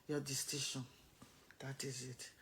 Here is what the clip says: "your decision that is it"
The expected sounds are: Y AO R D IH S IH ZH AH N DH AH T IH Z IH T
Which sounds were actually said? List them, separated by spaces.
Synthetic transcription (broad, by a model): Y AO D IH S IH SH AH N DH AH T IH Z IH T